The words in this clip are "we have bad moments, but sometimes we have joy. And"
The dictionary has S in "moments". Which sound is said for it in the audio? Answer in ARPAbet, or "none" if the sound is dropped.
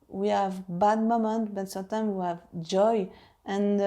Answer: none